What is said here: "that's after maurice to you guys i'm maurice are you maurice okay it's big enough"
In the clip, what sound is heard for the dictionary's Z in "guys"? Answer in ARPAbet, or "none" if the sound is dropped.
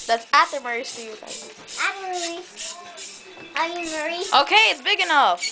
none